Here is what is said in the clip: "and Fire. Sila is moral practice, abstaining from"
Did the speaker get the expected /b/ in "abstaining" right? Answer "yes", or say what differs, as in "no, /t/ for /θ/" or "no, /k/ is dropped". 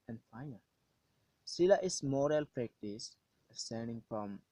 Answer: no, /b/ is dropped